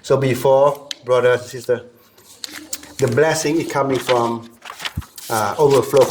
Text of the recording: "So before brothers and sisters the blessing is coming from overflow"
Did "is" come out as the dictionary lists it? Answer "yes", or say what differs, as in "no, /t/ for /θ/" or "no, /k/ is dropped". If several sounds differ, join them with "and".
no, /s/ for /z/